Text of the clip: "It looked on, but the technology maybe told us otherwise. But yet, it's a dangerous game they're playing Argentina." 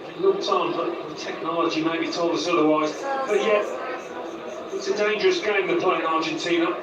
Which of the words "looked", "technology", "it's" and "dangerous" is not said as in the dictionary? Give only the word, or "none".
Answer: looked